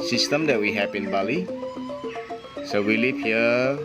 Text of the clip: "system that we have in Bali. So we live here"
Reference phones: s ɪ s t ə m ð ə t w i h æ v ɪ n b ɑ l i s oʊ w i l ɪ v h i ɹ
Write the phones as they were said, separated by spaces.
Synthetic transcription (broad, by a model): s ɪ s t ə m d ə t w i h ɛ p ɪ n b ɑ l i s oʊ w i l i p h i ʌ